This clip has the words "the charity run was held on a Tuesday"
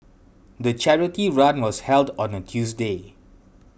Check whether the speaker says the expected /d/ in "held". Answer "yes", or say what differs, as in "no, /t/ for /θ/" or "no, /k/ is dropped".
yes